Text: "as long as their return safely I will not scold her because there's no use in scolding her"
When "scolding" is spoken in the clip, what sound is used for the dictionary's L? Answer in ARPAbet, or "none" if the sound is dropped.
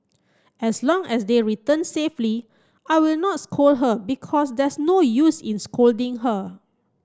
L